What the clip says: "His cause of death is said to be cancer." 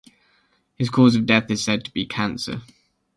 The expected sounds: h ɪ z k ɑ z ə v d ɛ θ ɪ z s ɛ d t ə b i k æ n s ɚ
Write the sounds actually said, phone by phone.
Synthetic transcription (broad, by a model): h ɪ z k ɑ z ə v d ɛ θ ɪ z s ɛ d t ə b i k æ n s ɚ